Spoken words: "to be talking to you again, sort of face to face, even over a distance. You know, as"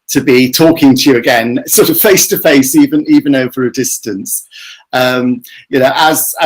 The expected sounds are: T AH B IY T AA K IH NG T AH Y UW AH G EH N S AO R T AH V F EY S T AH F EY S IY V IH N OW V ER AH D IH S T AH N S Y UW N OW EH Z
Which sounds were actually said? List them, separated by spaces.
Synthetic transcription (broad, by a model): T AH B IY T AA K IH NG T AH Y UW AH G EH N S AO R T AH V F EY S T AH F EY S IY V IH N OW V ER AH D IH S T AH N S Y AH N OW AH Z